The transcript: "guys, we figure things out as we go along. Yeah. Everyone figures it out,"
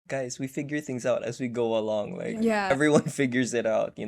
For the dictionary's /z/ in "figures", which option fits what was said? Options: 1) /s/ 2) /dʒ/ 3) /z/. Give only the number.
3